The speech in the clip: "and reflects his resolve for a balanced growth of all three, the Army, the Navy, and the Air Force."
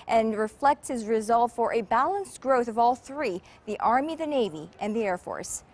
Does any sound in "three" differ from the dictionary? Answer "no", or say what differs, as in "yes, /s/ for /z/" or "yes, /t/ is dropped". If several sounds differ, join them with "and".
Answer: no